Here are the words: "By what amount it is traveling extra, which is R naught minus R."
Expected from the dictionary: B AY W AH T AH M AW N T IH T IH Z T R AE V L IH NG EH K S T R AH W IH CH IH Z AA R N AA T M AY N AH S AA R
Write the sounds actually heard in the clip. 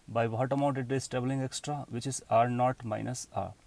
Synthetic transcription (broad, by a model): B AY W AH T AH M AW N T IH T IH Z T R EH B L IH NG EH K S T R AH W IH CH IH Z AA R N AA T M AY N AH S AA R